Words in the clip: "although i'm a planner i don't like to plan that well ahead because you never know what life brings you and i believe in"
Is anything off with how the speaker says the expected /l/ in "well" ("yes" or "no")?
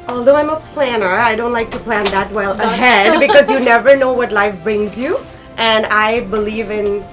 no